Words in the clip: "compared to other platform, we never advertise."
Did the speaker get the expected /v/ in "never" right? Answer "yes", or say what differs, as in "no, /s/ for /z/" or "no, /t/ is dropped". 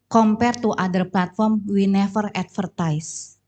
no, /f/ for /v/